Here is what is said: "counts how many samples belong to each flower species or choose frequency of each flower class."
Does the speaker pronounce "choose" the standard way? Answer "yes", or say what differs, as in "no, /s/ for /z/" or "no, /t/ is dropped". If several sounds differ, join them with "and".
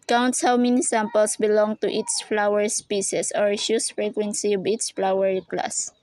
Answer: no, /ʃ/ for /tʃ/ and /s/ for /z/